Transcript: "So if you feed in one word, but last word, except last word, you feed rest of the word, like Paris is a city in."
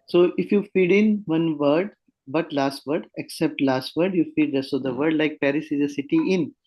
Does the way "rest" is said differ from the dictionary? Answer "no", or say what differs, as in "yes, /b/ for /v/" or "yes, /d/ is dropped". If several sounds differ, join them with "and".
yes, /t/ is dropped